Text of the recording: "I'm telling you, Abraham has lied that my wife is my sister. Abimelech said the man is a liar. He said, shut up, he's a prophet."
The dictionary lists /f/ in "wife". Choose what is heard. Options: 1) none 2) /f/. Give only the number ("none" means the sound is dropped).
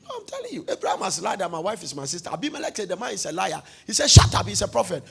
2